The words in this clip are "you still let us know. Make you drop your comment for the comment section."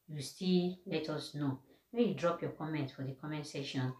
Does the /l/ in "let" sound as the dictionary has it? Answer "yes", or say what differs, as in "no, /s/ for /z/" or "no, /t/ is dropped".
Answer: yes